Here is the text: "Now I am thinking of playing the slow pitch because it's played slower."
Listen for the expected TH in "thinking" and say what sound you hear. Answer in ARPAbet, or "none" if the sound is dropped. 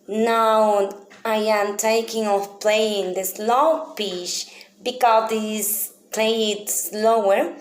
T